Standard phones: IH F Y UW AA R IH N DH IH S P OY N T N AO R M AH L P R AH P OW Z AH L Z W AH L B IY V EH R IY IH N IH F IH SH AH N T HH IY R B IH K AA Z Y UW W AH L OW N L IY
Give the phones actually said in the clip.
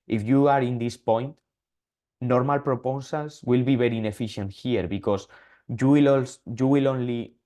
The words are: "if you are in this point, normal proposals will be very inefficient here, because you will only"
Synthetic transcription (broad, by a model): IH F Y UW AA R IH N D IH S P OY N T N AO R M AH L P R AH P OW S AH L S W AH L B IY B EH R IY N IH F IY SH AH N T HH IY R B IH K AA S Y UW W AH L OW N L IY